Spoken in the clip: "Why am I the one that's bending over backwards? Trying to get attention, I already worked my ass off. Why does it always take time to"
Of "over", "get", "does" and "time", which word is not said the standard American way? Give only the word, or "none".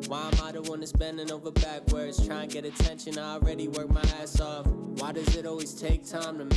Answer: none